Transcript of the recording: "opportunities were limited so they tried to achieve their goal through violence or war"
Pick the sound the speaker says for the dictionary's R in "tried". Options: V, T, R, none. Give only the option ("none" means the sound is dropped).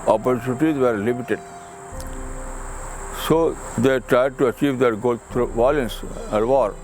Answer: R